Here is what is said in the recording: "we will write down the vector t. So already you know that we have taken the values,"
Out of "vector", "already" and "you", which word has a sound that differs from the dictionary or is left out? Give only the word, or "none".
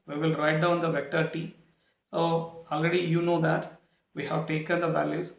none